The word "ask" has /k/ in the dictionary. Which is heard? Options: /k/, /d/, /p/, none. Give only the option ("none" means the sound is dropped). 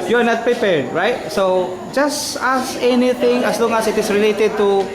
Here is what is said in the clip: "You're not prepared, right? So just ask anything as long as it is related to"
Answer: none